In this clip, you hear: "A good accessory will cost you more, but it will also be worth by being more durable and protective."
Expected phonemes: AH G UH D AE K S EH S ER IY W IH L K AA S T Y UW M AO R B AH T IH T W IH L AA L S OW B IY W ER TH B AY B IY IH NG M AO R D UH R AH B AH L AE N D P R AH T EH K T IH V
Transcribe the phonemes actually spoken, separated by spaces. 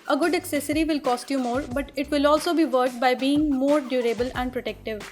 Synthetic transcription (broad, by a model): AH G UH D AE K S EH S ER IY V IH L K AA S T Y UW M AO R B AH T IH T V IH L AA L S OW B IY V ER T B AY B IY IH NG M AO R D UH R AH B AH L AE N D P R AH T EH K T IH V